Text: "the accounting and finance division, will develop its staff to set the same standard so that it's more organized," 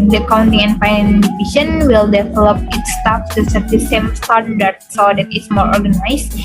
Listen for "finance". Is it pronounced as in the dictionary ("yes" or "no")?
no